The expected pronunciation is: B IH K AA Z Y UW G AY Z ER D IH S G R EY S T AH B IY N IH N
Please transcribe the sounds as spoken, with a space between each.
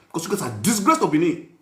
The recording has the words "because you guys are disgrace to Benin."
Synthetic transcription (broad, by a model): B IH K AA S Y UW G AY S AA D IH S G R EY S T AH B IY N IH